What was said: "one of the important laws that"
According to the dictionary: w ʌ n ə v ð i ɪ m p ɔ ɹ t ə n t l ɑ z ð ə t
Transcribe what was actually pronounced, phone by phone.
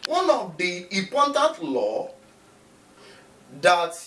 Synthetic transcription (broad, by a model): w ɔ n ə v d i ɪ p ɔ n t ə n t l ɑ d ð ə t